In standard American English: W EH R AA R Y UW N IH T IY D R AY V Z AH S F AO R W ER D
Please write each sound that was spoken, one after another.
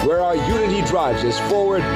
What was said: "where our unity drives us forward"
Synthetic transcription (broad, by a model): W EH R AA R Y UW N IH T IY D R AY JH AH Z F AO R W ER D